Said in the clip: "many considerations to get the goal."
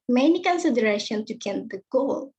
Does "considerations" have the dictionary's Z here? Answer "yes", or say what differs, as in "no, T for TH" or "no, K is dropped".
no, Z is dropped